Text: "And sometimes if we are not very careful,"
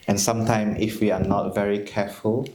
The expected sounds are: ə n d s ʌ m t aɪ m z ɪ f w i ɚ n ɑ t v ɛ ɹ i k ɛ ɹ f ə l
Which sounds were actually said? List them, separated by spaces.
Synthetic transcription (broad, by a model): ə n s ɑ m t aɪ m ɪ f w i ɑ n ɑ t v ɛ ɹ i k ɛ f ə l